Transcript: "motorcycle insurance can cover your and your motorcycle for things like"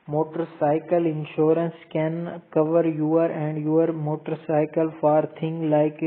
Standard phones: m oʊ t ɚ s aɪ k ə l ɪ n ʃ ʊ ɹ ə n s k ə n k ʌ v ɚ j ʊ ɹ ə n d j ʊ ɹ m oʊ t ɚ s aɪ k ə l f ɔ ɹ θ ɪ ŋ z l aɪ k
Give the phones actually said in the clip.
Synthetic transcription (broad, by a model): m oʊ t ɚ s aɪ k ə l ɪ n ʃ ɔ ɹ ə n s k ə n k ʌ v ɚ j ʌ ɹ ə n d j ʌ ɹ m oʊ t ɚ s aɪ k ə l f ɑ ɹ t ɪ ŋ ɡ l aɪ k